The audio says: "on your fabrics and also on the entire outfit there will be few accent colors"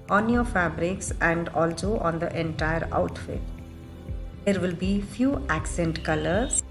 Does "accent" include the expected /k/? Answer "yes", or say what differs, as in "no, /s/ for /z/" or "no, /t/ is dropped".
yes